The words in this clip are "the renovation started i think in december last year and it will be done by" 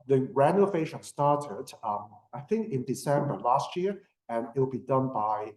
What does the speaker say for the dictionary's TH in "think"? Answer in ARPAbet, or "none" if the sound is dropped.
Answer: TH